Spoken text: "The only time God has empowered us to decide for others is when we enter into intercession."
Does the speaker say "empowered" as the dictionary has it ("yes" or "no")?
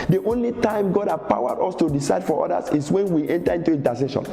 no